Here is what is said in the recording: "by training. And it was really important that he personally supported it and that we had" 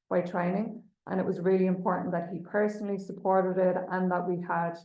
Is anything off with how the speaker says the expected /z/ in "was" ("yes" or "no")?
no